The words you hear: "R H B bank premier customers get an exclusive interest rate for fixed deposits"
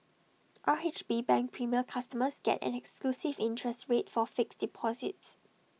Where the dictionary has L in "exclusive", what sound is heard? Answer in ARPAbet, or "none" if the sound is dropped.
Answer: L